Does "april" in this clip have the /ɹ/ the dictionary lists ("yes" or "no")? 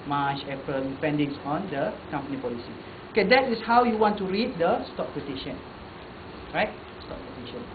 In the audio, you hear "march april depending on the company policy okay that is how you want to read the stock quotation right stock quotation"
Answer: no